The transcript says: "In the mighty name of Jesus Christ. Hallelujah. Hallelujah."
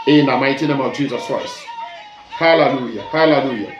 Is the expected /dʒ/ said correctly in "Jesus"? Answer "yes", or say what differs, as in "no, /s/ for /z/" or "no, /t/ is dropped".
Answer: yes